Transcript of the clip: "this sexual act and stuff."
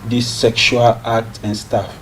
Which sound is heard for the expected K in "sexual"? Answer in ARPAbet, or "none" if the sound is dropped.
K